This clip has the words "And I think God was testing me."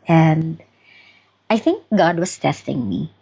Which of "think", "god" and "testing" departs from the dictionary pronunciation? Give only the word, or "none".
none